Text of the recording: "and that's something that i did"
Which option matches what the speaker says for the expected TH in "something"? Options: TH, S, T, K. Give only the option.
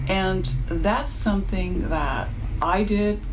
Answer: TH